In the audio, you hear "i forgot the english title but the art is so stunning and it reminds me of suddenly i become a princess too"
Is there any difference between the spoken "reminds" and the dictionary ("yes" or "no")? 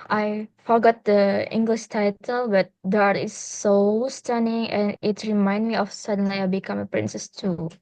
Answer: yes